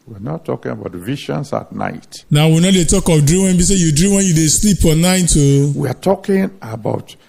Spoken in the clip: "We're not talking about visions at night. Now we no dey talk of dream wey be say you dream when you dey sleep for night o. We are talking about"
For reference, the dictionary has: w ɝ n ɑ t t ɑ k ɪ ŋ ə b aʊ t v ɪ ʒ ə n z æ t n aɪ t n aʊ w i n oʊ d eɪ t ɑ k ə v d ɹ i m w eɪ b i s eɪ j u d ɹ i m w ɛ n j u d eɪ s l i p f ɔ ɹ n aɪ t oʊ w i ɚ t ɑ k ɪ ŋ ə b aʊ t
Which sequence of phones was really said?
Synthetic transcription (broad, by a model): w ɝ n ɑ t t ɑ k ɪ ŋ ə b aʊ t v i ʃ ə n s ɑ t n aɪ t n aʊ w i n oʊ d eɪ t ɑ k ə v d ɹ i m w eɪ b i s eɪ j u d ɹ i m w ɛ n j u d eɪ s l i p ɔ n n aɪ t oʊ w i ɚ t ɑ k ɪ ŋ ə b aʊ t